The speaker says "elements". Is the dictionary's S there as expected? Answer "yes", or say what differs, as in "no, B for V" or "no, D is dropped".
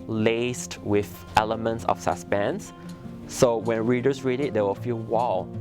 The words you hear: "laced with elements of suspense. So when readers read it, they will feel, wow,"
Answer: yes